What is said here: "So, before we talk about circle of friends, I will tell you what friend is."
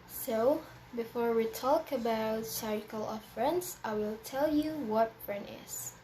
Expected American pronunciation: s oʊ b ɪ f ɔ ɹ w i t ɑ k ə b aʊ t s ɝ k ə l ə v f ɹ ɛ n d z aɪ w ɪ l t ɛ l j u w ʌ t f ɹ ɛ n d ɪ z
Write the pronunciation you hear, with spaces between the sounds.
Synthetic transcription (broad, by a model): s oʊ b ɪ f ɔ ɹ w i t ɑ k ə b aʊ t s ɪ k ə l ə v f ɹ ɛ n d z aɪ w ɪ l t ɛ l j u w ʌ t f ɹ ɛ n d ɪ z